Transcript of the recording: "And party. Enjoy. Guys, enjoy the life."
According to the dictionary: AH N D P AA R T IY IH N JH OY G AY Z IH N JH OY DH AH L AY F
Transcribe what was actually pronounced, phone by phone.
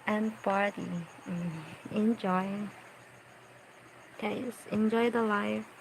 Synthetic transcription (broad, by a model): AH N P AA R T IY IH N JH OY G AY S IH N JH OY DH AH L AY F